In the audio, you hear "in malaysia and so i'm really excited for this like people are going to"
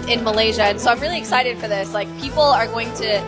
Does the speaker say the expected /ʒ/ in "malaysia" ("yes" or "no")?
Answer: yes